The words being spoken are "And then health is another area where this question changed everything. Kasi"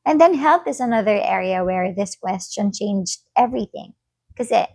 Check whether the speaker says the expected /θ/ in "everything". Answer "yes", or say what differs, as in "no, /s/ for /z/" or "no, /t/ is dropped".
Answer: yes